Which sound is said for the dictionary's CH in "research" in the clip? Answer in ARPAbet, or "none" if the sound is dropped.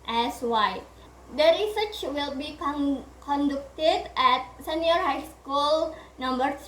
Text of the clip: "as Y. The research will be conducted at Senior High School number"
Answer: CH